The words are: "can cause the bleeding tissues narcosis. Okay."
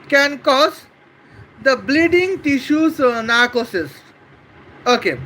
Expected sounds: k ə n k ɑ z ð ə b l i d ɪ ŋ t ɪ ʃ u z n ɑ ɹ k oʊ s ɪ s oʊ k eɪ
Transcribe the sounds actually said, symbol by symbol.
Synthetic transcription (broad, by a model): k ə n k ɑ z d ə b l i d ɪ ŋ t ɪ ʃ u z n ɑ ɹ k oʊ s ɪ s oʊ k eɪ